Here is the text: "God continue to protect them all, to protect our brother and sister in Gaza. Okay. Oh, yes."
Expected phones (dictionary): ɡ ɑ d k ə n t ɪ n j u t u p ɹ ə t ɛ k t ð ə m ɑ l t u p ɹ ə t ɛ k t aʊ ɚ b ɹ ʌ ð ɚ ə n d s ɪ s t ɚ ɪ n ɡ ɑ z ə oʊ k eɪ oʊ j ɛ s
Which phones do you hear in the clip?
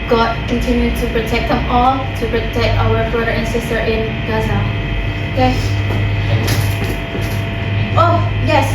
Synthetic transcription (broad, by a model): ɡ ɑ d k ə n t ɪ n j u t u p ɹ ə t ɛ k t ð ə m ɑ l t u p ɹ ə t ɛ k t aʊ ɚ b ɹ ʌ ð ɚ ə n s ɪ s t ɚ ɪ n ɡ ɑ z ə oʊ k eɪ oʊ j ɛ s